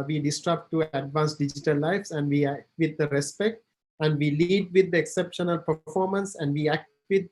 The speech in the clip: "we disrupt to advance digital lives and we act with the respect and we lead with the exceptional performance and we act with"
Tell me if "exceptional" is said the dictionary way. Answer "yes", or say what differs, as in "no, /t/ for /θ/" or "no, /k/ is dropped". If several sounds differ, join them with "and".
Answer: yes